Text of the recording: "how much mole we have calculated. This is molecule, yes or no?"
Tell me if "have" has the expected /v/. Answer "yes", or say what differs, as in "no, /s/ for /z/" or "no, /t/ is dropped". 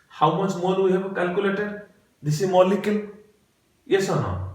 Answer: no, /b/ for /v/